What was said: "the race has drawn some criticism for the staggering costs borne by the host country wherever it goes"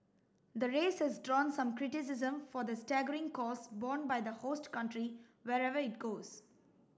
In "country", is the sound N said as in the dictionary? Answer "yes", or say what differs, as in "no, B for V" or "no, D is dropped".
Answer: yes